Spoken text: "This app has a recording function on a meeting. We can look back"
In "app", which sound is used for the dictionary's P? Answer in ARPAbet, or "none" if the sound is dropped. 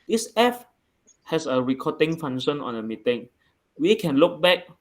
F